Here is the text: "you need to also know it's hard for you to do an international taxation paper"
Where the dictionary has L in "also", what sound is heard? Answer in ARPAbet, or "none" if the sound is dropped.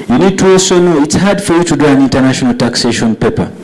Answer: none